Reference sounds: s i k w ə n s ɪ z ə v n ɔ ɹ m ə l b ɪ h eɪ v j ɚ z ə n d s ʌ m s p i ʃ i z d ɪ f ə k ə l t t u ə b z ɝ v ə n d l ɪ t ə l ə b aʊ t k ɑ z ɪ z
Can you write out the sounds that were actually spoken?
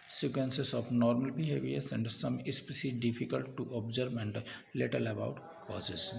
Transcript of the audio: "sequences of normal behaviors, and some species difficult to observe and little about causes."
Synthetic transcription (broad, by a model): s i k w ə n s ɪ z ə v n ɔ ɹ m ə l b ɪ h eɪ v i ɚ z ə n d s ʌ m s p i s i d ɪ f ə k ə l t t u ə b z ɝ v ə n d l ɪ t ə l ə b aʊ t k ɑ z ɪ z